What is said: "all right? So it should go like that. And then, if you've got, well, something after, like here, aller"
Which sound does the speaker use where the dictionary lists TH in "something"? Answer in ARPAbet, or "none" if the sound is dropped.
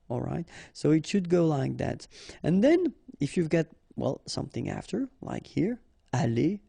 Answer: TH